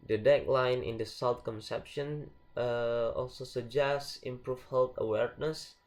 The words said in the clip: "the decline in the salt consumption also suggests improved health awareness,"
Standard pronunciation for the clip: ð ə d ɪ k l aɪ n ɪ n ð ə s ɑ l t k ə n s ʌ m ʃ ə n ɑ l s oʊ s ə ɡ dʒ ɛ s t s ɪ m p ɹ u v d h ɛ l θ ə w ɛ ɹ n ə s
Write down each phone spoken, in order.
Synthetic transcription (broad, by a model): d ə d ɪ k l aɪ n ɪ n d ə s ɑ l t k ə n s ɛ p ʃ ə n ɑ l s oʊ s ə dʒ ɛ s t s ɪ m p ɹ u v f h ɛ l t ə w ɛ ɹ n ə s